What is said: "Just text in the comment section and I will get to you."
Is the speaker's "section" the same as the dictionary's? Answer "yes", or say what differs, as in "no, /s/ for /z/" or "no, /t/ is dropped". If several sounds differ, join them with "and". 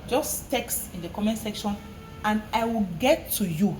yes